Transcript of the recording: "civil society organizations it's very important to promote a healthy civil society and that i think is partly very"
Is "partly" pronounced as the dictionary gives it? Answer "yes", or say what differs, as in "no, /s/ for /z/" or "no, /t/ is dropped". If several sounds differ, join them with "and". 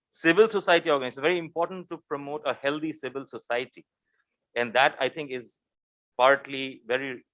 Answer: yes